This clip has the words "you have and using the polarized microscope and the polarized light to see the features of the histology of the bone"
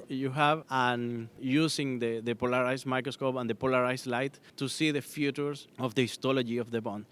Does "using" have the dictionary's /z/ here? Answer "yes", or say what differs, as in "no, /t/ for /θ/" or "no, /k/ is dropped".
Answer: no, /s/ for /z/